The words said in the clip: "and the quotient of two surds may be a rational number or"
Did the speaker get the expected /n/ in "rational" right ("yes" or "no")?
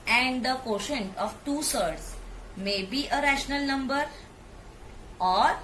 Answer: yes